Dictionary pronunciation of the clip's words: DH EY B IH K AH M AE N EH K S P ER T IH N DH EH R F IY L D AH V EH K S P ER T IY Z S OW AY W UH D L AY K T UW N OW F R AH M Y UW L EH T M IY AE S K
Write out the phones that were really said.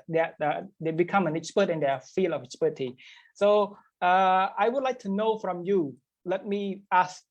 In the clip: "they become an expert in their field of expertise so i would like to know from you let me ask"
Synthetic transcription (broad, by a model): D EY B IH K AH M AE N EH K S P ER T IH N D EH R F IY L AH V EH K S P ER T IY S OW AY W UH D L AY K T UW N OW F R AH M Y UW L EH T M IY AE S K